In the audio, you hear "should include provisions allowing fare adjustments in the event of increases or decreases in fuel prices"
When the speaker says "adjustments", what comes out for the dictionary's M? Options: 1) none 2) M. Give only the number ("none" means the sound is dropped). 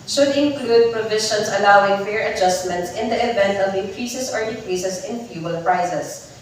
2